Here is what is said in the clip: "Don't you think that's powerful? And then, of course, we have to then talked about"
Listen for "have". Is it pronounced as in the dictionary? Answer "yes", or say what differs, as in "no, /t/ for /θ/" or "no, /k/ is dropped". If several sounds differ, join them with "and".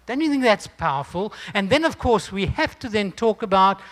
no, /f/ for /v/